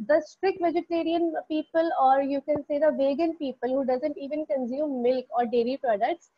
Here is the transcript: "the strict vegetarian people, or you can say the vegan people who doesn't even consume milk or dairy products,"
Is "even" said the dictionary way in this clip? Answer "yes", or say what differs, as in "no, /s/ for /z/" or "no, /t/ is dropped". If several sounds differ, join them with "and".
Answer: yes